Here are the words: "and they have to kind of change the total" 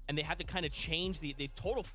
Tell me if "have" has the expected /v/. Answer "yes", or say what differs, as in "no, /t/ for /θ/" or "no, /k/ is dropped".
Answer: no, /f/ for /v/